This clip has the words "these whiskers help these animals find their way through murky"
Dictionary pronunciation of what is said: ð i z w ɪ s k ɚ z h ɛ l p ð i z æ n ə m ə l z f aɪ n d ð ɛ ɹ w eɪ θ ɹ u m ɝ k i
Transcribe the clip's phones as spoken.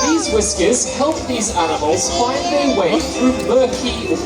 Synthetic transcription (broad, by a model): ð i z w ɪ s k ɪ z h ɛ l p ð i z æ n ə m ə l z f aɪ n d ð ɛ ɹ w eɪ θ ɹ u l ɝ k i